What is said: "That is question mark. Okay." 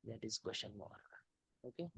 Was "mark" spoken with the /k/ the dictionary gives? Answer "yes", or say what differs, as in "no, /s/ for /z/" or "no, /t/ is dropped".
no, /k/ is dropped